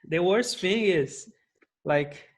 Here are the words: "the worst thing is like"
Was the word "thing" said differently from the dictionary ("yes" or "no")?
yes